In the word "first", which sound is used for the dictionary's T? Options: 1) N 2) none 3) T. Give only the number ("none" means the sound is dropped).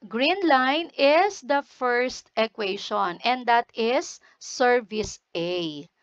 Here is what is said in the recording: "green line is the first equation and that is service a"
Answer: 3